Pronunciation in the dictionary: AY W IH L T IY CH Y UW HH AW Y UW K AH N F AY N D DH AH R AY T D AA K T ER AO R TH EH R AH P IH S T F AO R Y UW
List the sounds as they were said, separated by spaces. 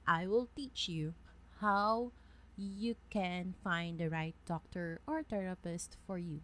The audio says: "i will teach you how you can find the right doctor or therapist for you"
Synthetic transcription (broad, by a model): AY W IH L T IY CH Y UW HH AW Y UW K AH N F AY N D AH R AY T D AA K T ER AO R T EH R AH P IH S T F AO R Y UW